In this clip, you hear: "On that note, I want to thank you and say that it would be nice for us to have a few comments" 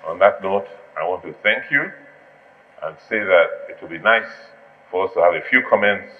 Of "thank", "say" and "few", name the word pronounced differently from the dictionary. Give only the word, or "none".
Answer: none